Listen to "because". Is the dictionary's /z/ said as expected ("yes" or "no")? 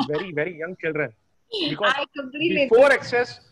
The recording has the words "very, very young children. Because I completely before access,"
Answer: no